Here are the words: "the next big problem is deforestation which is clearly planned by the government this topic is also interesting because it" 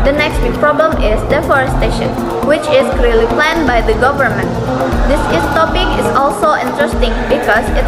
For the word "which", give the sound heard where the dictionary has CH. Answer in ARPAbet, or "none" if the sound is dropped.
CH